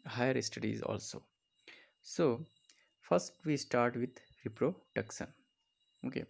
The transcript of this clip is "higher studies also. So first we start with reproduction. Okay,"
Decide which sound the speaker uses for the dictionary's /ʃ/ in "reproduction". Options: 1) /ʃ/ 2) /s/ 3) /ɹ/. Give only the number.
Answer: 2